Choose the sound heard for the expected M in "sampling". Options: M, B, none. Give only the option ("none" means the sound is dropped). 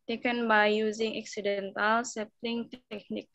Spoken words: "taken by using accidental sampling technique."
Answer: none